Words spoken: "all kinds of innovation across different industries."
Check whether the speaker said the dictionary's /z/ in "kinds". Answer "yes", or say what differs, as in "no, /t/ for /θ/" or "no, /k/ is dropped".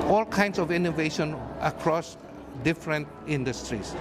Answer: no, /s/ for /z/